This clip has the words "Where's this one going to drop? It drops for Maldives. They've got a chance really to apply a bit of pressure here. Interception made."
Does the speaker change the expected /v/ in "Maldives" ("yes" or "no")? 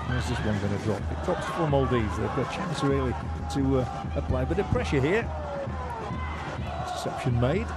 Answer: yes